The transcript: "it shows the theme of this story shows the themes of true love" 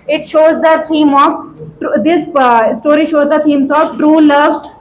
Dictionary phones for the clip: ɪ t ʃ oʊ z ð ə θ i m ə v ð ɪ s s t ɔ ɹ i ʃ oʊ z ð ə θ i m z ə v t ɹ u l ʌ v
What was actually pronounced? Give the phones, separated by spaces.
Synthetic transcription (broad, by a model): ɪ t ʃ oʊ z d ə t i m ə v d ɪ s s t ɔ ɹ i ʃ oʊ z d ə t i m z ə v t ɹ u l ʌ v